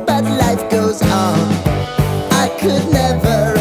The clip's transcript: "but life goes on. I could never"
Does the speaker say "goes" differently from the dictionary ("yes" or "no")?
no